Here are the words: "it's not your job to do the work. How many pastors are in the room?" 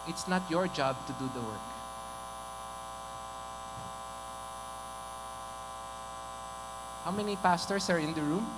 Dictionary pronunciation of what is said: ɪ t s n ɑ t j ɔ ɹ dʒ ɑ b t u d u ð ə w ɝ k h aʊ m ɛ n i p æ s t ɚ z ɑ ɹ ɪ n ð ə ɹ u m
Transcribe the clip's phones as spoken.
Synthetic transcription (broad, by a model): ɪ t s n ɑ t j ɔ ɹ dʒ ɑ b t u d u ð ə w ɝ k h aʊ m ɛ n i p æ s t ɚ s ɑ ɹ ɪ n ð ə ɹ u m